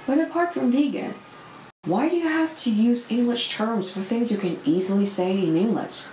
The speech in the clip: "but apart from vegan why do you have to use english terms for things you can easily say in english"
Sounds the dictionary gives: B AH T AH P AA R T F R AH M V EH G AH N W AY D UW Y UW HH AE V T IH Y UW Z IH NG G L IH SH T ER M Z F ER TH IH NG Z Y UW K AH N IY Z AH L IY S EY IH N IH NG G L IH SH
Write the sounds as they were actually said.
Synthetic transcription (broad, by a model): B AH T AH P AA R T F R AH M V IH G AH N W AY D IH Y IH HH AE F T IH Y UW Z IH NG G L IH SH T ER M Z F ER TH IH NG Z Y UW K AH N IY Z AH L IY S EY IH N IH NG G L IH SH